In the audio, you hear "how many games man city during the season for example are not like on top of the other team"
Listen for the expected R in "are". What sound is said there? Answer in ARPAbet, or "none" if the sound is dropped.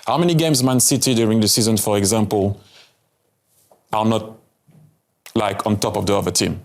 L